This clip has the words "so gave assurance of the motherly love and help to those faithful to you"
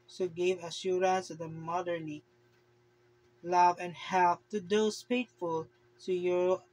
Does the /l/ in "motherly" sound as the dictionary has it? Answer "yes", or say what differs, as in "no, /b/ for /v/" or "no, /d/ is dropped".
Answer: no, /n/ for /l/